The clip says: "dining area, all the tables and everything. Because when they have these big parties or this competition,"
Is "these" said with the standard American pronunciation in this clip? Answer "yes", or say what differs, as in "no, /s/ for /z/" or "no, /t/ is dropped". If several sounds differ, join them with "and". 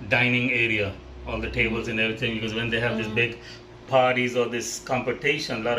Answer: no, /s/ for /z/